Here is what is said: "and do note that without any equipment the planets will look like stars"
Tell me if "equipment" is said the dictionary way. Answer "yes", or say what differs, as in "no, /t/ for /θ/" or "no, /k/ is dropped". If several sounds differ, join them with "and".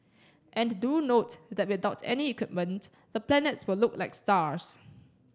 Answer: yes